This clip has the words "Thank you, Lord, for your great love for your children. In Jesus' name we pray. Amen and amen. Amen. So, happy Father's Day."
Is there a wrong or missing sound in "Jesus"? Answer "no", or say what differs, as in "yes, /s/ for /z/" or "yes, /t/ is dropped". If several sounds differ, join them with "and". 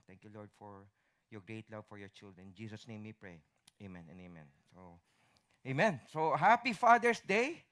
yes, /s/ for /z/